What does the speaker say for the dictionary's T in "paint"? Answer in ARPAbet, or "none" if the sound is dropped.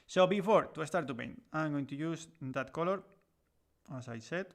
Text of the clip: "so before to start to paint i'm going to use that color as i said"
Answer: none